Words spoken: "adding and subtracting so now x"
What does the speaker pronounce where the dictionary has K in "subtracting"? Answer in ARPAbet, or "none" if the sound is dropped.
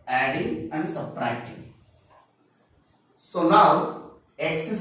none